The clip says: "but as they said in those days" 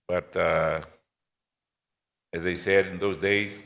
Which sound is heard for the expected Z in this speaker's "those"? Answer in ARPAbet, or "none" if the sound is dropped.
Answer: Z